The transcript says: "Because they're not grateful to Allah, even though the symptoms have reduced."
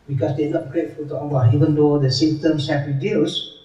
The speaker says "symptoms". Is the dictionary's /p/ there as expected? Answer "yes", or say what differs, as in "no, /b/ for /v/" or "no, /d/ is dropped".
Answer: no, /p/ is dropped